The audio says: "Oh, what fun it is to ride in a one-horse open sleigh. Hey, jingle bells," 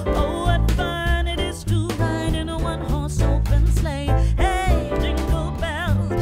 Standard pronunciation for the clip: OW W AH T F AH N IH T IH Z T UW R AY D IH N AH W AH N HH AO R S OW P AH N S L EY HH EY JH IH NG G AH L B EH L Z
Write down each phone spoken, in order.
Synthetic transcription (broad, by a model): OW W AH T F AH N IH T IH Z T UW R AY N IH N AH W AH N HH AO R S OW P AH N S L EY HH EY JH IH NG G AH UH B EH